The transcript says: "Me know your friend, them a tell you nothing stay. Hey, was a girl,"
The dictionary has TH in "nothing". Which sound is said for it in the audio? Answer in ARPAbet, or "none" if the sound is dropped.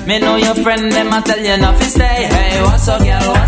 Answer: F